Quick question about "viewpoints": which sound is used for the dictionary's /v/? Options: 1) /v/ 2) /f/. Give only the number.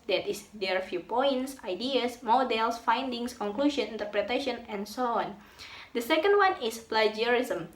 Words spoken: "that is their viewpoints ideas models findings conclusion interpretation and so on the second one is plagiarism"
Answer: 2